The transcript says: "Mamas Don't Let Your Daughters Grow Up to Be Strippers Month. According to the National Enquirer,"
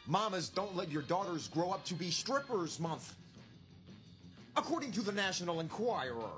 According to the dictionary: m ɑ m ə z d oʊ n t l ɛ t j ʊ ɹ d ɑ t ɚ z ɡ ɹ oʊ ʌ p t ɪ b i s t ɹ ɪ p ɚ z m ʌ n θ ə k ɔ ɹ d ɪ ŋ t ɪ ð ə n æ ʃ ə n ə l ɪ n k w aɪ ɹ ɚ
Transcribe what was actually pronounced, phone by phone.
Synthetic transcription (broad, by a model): m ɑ m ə z d oʊ n t l ɛ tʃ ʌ ɹ d ɑ t ɚ z ɡ ɹ oʊ ʌ p t ɪ b i s t ɹ ɪ p ɚ z m ʌ n θ ə k ɔ ɹ d ɪ ŋ t ɪ ð ə n æ ʃ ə n l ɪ n k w aɪ ɹ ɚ